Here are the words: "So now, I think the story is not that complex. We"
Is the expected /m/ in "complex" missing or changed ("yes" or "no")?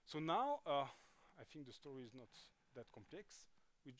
no